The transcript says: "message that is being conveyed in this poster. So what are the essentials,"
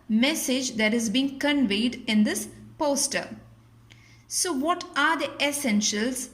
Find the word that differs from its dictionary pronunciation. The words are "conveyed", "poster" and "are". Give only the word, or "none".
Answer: none